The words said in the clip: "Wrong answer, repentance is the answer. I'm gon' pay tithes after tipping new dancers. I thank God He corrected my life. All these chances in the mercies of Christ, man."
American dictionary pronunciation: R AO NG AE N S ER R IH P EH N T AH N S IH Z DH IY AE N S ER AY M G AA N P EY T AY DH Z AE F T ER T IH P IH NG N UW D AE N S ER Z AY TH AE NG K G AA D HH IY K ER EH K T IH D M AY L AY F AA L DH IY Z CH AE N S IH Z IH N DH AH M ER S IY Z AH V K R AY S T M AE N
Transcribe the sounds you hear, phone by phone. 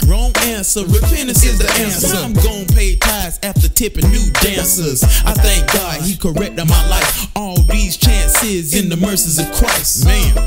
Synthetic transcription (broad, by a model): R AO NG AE N S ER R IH F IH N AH S IH Z DH IY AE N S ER AY M G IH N P EY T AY Z AE F T ER T IH P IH N UW D AE N S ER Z AY TH AE NG K G AA D HH IY K ER EH K T IH D M AY L AY F AA L DH IY Z CH AE N S IH Z IH N DH AH M ER S IY Z AH V K R AY S T M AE N